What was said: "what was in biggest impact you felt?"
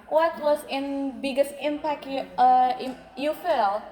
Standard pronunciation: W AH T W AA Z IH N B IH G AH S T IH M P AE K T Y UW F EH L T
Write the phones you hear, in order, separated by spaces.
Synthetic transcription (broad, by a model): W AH T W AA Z IH N B IH G AH S T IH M P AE K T Y UW F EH L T